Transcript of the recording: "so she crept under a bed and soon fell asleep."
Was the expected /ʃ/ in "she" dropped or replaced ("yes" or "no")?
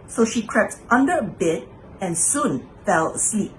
no